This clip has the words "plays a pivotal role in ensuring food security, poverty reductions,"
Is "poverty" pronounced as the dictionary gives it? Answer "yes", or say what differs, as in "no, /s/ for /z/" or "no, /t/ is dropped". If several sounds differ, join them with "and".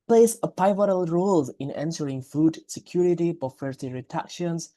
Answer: no, /f/ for /v/